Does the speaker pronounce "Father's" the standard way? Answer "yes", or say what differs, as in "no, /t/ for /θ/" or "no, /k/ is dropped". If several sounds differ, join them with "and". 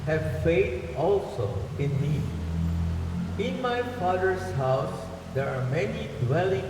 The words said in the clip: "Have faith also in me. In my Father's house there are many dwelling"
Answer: no, /s/ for /z/